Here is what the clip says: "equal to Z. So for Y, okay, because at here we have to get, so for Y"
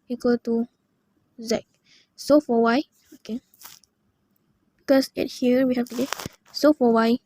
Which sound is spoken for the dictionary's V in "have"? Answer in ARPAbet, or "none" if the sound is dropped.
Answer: F